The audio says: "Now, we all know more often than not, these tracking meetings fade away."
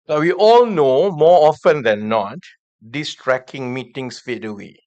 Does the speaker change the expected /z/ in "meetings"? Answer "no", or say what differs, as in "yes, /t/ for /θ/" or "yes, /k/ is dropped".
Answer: yes, /s/ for /z/